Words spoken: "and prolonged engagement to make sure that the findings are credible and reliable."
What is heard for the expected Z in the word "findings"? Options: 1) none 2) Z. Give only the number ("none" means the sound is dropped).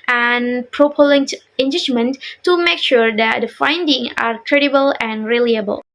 1